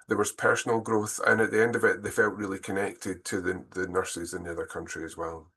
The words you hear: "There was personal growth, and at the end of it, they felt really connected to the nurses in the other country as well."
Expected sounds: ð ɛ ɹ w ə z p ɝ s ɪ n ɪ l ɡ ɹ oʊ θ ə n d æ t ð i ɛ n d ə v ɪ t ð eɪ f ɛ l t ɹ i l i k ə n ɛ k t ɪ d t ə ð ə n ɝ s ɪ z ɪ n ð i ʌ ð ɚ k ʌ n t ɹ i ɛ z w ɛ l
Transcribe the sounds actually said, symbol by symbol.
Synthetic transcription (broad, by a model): ð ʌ ɹ w ə z p ɝ s n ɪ l ɡ ɹ oʊ θ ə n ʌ t ð i ɛ n d ə v ɪ t ð eɪ f ɛ l t ɹ i l i k ə n ɛ k t ɪ d t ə ð ə n ɝ s ɪ z ɪ n ð i ʌ ð ɚ k ʌ n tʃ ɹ i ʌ z w ɛ l